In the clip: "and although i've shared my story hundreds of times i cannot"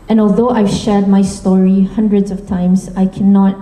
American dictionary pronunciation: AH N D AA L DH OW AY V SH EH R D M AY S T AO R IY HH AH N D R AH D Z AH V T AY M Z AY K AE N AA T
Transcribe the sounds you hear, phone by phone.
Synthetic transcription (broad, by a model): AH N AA L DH OW AY V SH EH R D M AY S T AO R IY HH AH N D R AH D Z AH V T AY M Z AY K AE N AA T